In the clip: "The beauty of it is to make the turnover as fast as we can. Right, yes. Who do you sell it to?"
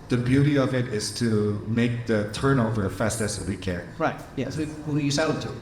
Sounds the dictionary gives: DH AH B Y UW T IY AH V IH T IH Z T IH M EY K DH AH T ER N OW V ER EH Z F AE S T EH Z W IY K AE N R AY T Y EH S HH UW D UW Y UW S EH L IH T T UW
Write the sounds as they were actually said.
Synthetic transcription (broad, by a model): DH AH B Y UW T IY AH V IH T IH Z T IH M EY K DH AH T ER N OW V ER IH F AE S T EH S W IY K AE R AY T Y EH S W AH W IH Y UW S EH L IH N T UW